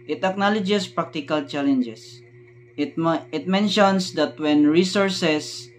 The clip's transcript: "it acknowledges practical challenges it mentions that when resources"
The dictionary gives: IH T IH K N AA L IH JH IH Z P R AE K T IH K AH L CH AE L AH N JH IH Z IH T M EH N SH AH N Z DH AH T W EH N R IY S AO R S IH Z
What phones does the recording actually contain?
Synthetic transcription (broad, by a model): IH T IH K N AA L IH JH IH S P R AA K T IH K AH L CH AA L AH N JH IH S IH T M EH N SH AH N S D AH T W EH N R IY S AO R S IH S